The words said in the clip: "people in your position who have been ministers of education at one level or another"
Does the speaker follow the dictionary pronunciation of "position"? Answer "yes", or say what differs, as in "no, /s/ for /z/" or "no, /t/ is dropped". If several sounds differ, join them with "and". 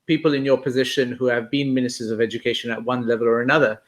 yes